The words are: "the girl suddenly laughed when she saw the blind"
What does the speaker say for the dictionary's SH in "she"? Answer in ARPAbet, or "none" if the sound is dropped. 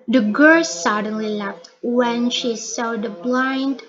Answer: SH